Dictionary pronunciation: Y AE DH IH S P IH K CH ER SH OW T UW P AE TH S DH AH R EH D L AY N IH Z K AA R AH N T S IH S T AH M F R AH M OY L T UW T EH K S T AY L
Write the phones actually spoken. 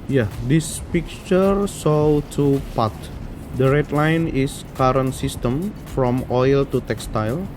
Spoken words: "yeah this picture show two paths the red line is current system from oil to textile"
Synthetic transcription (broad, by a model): Y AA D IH S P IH K CH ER S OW T UW P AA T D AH R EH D L AY N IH S K AA R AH N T S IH S T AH M F R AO M OY L T UW T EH K S T AY L